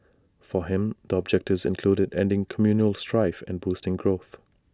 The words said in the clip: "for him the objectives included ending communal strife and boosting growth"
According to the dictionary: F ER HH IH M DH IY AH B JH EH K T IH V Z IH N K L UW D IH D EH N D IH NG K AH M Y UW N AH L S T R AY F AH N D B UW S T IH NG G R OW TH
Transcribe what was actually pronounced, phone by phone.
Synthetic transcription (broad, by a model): F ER HH IH M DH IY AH B JH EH K T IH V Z IH N K L UW D IH D EH N D IH NG K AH M Y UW N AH L S T R AY F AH N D B UW S T IH NG G R OW TH